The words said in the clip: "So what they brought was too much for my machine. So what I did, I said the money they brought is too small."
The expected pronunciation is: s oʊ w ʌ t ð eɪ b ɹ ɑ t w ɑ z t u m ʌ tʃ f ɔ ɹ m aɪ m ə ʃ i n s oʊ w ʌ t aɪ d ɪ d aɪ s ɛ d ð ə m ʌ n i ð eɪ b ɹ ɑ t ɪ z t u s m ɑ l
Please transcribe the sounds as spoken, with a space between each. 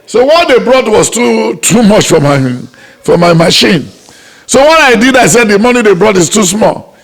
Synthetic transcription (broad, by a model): s oʊ w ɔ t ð eɪ b ɹ ɑ t w ɑ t t u m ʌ tʃ f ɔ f m aɪ m ə ʃ i n s oʊ w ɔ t aɪ d ɪ d aɪ s ɛ d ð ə m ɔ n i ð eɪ b ɹ ɑ t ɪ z t u s m ɑ l